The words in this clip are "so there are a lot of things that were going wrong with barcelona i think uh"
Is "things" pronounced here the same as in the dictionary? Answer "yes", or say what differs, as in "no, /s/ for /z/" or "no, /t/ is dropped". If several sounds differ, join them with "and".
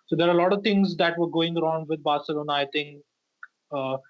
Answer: no, /t/ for /θ/